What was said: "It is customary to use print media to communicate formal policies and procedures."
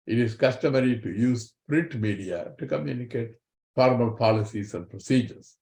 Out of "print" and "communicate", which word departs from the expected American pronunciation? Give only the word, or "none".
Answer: print